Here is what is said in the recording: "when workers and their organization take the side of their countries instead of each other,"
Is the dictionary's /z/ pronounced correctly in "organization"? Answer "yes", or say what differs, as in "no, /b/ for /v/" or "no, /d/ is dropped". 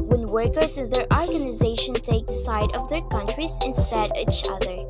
yes